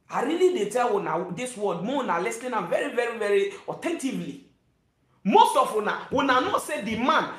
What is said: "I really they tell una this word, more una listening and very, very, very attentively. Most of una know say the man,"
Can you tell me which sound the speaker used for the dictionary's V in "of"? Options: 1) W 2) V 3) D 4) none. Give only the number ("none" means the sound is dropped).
1